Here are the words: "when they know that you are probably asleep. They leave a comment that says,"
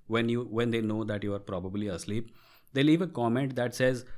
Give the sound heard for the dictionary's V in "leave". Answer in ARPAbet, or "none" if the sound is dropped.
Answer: V